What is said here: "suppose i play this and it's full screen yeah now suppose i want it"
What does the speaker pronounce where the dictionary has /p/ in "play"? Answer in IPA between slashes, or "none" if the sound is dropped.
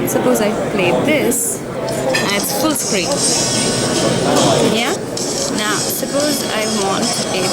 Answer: /f/